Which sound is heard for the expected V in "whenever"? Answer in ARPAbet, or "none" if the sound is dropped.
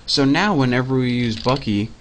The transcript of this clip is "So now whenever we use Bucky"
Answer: V